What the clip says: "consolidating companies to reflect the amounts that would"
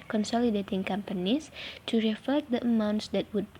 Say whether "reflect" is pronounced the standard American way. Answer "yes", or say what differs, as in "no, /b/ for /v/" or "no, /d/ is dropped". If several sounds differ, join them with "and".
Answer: no, /l/ is dropped